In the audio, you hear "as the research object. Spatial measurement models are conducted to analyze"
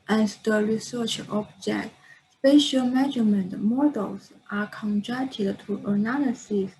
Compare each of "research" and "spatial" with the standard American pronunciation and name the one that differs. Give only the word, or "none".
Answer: none